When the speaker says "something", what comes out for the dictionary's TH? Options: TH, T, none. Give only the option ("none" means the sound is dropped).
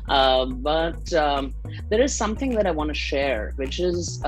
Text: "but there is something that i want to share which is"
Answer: TH